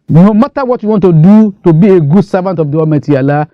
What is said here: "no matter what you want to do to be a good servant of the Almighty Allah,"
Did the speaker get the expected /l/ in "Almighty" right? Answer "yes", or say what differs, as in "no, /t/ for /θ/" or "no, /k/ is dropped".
no, /l/ is dropped